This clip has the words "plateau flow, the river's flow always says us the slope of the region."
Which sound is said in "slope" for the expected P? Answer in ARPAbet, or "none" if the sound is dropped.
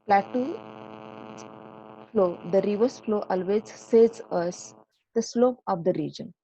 P